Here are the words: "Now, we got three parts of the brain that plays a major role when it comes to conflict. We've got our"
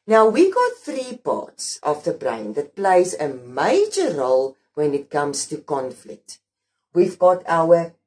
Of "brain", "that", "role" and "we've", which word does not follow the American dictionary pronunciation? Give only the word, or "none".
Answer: none